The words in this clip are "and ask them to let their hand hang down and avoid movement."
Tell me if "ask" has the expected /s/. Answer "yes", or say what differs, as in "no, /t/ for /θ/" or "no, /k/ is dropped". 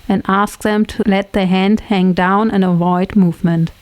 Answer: yes